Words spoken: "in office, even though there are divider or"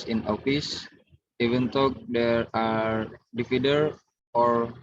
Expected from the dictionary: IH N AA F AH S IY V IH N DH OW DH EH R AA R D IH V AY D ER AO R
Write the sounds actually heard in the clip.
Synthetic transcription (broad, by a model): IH N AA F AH S IY V IH N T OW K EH R AA R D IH F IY D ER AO R